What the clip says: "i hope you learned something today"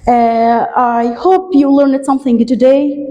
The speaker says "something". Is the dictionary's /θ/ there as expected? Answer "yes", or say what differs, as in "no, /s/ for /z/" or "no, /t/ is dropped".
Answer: yes